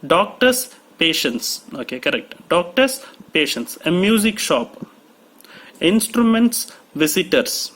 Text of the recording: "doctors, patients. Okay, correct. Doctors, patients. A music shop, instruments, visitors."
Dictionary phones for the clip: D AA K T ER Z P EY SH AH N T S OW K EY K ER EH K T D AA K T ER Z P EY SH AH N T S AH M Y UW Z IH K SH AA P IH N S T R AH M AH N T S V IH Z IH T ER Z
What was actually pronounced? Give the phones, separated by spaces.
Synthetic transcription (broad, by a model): D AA K T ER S P EY SH AH N T S OW K EY K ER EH K T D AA K T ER S P EY SH AH N T S AH M Y UW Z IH K SH AA P IH N S T R AH M AH N T S V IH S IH T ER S